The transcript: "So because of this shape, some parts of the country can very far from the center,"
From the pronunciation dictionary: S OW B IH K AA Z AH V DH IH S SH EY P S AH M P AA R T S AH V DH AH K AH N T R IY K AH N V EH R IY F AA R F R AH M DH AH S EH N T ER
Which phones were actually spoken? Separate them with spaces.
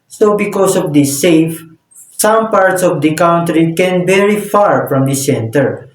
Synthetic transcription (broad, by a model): S OW B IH K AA S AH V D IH S EY F S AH M P AA R T S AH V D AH K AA N T R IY K AH N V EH R IY F AA R F R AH M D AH S EH N T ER